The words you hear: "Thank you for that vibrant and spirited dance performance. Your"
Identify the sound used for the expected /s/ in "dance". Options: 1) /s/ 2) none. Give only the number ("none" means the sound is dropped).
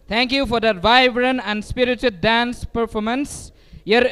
1